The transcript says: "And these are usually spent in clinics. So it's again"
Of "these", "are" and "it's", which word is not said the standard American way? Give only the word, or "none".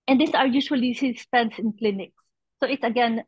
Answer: these